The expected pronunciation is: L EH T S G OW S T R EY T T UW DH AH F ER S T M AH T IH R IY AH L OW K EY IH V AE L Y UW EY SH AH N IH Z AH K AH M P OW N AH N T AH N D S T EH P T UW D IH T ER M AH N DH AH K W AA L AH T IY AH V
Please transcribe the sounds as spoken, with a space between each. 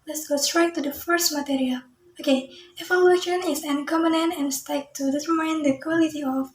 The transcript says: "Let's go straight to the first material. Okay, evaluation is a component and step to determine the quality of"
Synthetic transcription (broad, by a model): L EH T S G OW S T R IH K T UW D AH F ER S T M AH T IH R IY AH L OW K EY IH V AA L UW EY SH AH N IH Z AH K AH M OW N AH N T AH N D S T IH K T UW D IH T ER M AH N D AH K W AA L AH T IY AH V